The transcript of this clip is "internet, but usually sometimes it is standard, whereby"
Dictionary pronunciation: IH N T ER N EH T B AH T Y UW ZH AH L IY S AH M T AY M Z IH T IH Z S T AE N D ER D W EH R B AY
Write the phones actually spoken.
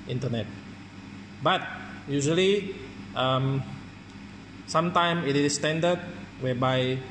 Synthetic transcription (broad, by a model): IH N T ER N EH T B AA T Y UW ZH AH L IY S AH M S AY M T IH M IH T S T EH N D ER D W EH B AY